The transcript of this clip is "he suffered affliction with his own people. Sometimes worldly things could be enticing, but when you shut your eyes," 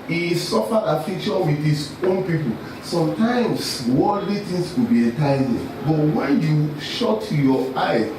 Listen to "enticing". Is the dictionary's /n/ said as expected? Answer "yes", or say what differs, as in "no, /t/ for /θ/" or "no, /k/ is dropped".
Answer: no, /n/ is dropped